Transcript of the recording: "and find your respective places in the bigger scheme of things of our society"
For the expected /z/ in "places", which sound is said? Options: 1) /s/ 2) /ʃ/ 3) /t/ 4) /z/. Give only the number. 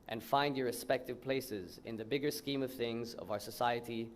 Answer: 4